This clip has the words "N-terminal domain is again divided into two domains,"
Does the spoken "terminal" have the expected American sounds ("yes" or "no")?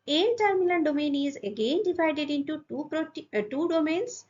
no